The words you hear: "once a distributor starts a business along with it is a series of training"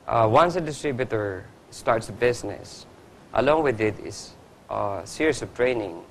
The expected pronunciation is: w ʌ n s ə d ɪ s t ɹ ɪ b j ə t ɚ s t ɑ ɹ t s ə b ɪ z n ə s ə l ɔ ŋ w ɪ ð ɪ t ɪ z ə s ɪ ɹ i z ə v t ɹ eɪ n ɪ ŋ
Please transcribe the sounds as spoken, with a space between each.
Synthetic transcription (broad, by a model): w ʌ n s ə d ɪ s t ɹ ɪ b j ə t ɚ s t ɑ ɹ t s ə b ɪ s n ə s ə l ɔ ŋ w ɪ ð ɪ t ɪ s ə s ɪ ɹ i s ə v t ɹ eɪ n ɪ ŋ